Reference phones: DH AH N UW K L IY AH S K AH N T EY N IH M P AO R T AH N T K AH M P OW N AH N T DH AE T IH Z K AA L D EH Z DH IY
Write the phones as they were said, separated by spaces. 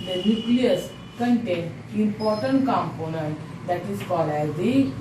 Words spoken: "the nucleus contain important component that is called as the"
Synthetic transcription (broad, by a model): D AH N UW K L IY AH S K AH N T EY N IH M P AO R T AH N T K AH M P OW N AH N T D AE T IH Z K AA L EH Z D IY